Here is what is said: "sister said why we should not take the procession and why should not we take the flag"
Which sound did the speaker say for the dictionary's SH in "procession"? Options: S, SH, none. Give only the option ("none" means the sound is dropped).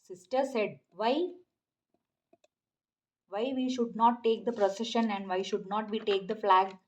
SH